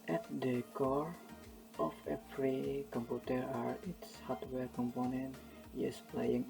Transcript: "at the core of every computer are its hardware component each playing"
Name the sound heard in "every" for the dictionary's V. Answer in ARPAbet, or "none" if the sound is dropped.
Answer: P